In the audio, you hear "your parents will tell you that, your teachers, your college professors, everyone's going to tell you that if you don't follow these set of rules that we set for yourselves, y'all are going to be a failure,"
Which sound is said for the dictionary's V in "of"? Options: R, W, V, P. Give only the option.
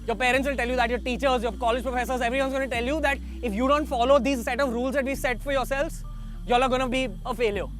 V